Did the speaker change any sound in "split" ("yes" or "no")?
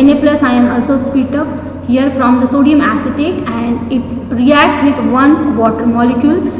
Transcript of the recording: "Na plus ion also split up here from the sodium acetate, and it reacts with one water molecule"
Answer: yes